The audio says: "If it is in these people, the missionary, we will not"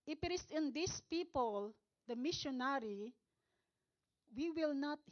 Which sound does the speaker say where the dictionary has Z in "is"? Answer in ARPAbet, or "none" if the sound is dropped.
S